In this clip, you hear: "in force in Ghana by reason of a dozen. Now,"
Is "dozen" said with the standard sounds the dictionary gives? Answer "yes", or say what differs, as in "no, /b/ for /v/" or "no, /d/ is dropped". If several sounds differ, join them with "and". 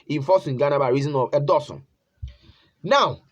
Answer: no, /s/ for /z/